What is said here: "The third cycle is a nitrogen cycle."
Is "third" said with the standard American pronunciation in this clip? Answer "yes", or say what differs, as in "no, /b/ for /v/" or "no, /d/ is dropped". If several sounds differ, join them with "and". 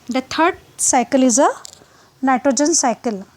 no, /t/ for /θ/